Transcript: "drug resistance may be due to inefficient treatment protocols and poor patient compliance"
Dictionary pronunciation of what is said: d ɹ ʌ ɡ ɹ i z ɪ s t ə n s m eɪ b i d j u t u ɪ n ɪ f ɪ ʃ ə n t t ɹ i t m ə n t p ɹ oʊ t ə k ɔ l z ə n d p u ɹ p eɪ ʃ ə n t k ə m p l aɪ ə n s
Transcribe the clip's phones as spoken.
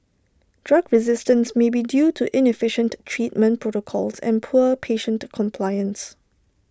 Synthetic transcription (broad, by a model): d ɹ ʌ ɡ ɹ i z ɪ s t ə n s m eɪ b i d j u t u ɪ n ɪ f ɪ ʃ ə n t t ɹ i t m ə n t p ɹ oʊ t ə k ɔ l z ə n p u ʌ p eɪ ʃ ə n t k ə m p l aɪ ə n s